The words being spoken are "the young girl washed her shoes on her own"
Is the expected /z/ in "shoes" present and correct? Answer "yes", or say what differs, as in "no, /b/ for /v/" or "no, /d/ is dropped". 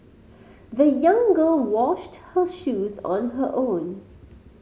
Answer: yes